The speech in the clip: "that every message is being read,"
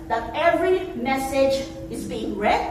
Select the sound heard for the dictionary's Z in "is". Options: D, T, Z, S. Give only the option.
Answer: Z